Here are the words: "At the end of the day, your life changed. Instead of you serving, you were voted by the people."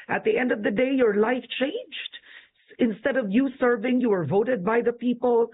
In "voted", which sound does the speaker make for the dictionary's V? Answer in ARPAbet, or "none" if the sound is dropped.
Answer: V